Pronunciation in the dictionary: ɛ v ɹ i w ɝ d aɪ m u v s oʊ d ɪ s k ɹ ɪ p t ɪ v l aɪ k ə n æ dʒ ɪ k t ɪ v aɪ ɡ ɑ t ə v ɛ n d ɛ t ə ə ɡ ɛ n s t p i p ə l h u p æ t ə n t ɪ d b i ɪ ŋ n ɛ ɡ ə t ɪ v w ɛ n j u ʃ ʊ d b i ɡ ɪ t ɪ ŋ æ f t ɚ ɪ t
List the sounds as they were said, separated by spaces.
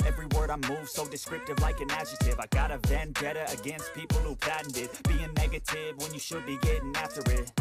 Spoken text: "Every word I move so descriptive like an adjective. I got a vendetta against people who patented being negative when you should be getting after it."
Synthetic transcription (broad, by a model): ɛ v ɹ i w ɝ d aɪ m u v s oʊ d ɪ s k ɹ ɪ p t ɪ v l aɪ k ə n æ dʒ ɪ t ɪ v aɪ ɡ ɑ t ə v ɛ n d ɛ t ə ə ɡ ɛ n s t p i p l h u p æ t n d ɪ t b i ɪ ŋ n ɛ ɡ ə t ɪ v w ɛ n j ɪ ʃ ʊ d b i ɡ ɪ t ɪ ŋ æ f t ɚ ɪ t